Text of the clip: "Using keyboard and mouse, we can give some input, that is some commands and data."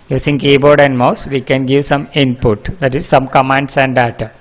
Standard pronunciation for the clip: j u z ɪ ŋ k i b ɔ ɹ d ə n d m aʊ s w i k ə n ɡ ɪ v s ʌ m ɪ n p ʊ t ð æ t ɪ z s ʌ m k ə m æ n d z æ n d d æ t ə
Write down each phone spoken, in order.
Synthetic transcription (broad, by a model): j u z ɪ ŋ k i b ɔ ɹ d ə n d m aʊ s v i k ə n ɡ ɪ v s ʌ m ɪ n p ʊ t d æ t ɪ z s ʌ m k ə m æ n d s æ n d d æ t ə